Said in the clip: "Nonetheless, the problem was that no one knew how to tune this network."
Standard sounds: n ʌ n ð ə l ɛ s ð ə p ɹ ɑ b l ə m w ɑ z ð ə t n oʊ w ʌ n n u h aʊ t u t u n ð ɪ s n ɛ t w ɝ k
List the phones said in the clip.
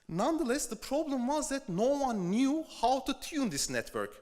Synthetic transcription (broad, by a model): n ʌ n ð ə l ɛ s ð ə p ɹ ɑ b l ə m w ɑ z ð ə t n oʊ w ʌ n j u h aʊ t u t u n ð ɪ s n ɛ t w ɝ k